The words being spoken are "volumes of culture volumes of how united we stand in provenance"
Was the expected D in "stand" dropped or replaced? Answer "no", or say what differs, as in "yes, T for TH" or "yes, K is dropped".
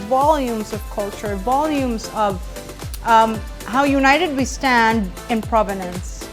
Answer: no